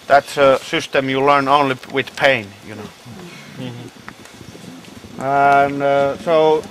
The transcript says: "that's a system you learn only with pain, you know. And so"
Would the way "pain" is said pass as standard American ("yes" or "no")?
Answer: yes